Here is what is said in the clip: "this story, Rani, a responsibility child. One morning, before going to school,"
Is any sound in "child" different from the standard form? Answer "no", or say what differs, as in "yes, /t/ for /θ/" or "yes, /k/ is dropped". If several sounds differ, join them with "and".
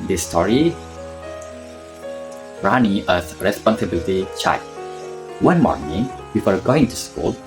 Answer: yes, /l/ is dropped